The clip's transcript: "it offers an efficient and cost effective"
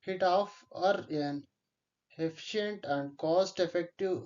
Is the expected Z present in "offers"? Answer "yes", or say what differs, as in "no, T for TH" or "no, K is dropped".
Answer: no, Z is dropped